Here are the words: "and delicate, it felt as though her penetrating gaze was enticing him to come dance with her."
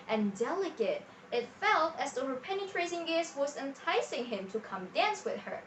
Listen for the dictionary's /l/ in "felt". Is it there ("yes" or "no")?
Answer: yes